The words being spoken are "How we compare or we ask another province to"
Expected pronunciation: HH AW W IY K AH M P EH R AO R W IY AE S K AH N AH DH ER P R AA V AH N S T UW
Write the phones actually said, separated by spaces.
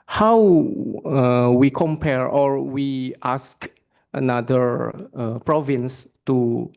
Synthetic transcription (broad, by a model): HH AW W IY K AH M P EH R AO R W IY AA S K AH N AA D ER P R AA V AH N S T UW